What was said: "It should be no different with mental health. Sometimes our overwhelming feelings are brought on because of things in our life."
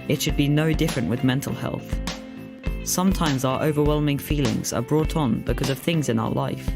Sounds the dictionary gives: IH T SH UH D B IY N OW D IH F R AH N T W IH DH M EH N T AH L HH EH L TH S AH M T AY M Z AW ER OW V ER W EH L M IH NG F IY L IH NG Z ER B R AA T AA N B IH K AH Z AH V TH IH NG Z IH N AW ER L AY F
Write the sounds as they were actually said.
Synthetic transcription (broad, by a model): IH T SH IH D B IY N OW D IH F R AH N T W IH DH M EH N T AH L HH EH L TH S AH M T AY M Z AW ER OW V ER W EH L M IH NG F IY L IH NG Z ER B R AA T N B IH K AH Z AH V TH IH NG Z IH N AW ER L AY F